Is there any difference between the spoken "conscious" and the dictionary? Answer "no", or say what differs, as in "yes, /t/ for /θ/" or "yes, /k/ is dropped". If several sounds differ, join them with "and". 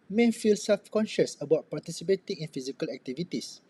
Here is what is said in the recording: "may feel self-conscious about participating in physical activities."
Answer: no